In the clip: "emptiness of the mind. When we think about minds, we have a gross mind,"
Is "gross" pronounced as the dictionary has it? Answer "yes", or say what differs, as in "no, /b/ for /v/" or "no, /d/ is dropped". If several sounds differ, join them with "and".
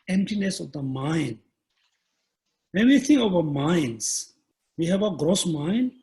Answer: yes